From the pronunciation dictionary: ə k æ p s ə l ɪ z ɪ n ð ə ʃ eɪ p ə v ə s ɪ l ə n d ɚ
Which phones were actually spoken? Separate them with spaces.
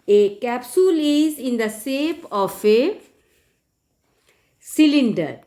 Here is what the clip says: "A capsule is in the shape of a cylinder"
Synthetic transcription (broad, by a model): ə k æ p s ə l ɪ z ɪ n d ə s eɪ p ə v ə s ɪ l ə n d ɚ